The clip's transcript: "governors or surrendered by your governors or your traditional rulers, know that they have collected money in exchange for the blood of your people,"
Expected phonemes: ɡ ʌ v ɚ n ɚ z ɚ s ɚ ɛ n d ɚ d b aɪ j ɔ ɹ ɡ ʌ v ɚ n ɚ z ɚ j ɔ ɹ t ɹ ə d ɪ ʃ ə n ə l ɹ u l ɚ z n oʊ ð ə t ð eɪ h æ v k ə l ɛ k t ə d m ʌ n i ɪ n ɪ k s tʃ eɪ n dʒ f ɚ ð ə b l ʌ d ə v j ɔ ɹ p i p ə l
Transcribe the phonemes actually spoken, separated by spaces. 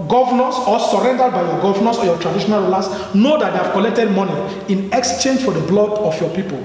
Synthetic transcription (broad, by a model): ɡ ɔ v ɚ n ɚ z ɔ s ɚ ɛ n d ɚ d b aɪ j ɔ ɡ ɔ v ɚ n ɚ s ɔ j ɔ t ɹ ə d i ʃ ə n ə l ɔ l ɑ s n oʊ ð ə t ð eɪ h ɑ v k ə l ɛ k t ə d m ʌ n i ɪ n ɪ k s tʃ eɪ n dʒ f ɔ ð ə b l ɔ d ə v j ɔ p i p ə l